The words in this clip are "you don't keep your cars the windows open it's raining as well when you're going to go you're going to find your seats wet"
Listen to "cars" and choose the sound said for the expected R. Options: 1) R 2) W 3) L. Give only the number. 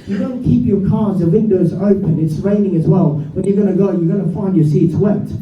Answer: 1